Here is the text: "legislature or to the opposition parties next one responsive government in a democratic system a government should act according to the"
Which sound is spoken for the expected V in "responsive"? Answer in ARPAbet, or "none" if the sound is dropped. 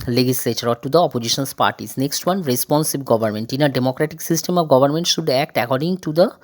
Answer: B